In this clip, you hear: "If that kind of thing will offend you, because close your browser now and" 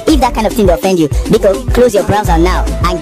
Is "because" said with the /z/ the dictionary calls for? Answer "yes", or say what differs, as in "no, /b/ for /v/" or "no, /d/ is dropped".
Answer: no, /z/ is dropped